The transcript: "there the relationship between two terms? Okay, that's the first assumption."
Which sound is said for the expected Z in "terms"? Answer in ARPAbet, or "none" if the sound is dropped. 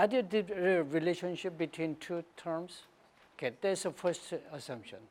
S